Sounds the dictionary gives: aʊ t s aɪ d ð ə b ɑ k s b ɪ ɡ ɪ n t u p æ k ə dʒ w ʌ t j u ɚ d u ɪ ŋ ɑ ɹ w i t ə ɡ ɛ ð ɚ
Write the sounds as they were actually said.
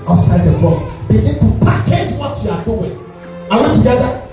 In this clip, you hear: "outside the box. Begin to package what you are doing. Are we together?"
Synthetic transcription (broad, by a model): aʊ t s aɪ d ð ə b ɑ s b ɪ ɡ ɪ n t u p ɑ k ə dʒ w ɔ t j u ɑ d u ɪ ŋ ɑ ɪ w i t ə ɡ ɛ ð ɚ